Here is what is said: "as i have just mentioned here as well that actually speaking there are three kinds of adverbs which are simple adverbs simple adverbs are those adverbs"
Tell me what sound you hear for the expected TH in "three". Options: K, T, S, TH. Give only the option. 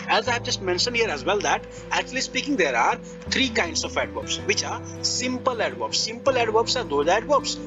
T